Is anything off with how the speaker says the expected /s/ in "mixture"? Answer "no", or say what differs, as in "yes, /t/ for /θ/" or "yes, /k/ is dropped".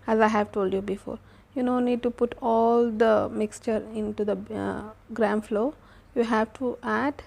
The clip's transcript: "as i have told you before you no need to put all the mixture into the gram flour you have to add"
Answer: no